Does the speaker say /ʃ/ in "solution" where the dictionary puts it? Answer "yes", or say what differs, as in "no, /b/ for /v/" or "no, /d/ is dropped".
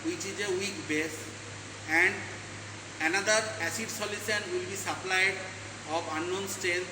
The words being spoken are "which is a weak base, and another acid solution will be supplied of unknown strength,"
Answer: no, /s/ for /ʃ/